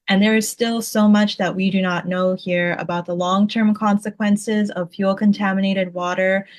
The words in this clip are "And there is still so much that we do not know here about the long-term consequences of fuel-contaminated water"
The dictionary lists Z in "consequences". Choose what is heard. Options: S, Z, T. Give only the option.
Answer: Z